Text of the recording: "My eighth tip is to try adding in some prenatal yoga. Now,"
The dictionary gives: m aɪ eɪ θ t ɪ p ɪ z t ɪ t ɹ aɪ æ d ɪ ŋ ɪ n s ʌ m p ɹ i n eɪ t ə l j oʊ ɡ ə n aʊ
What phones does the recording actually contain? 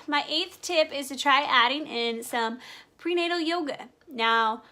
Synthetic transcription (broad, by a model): m aɪ eɪ θ t ɪ p ɪ z t ɪ t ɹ aɪ æ d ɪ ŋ ɪ n s ʌ m p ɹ i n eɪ t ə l j oʊ ɡ ə n aʊ